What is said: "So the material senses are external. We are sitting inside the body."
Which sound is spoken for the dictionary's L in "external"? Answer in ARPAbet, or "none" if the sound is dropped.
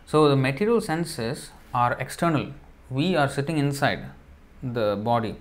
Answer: L